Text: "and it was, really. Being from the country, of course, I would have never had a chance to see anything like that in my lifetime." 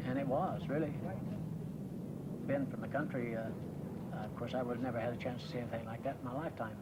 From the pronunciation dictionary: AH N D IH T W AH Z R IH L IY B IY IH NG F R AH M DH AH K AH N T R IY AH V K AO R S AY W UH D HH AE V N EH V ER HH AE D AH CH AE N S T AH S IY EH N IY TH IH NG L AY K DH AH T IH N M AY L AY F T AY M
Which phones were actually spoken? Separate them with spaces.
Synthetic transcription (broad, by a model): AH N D IH T W AH Z R IH L IY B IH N F R AH M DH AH K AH N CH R IY AH V K AO R S AY W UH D N EH V ER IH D AH CH AE N S T AH S IY EH N IY TH IH NG L AY K DH AH T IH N M AY L AY F T AY M